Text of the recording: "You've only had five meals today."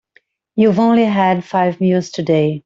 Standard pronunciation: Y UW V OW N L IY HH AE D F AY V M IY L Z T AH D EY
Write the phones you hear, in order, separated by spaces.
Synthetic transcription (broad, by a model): Y UW V OW N L IY HH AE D F AY V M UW Z T AH D EY